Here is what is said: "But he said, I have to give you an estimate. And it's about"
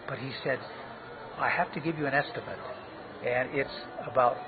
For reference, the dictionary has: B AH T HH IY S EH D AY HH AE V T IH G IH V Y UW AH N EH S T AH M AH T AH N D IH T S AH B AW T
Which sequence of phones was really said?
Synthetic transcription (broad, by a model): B AH T HH IY S EH D AY HH AE F T IH G IH V Y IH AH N EH S T AH M AH T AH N IH T S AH B AW T